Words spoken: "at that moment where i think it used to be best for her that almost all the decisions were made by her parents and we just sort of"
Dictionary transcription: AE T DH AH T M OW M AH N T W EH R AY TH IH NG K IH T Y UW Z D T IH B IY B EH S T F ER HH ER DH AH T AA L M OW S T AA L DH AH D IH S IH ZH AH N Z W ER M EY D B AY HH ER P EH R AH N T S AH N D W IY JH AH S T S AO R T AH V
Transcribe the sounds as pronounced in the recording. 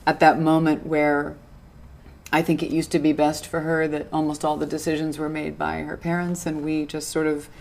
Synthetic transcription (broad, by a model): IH T DH AH T M OW M AH N T W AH R AY TH IH NG K IH T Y UW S T IH B IY B EH S T F ER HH ER DH AH T AA L M OW S T AA L DH AH D IH S IH ZH AH N Z W ER M EY D B AY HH ER P EH R AH N T S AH N W IY JH AH S T S AO R T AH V